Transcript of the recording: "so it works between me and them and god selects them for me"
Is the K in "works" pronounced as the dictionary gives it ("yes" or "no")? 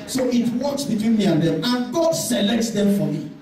no